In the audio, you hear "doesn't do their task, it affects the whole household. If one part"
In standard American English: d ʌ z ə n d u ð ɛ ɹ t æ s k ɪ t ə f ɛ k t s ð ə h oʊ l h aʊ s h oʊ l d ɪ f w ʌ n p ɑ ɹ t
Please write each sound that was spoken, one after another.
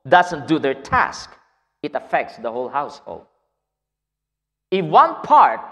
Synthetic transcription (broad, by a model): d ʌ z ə n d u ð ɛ ɹ t æ s k ɪ t ə f ɛ k t s ð ə h oʊ l h aʊ s h oʊ l d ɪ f w ʌ n p ɑ ɹ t